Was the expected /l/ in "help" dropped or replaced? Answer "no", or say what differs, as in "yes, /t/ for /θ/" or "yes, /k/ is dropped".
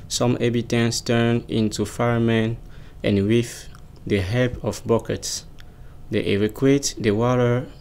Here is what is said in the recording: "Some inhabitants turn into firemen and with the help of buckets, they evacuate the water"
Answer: yes, /l/ is dropped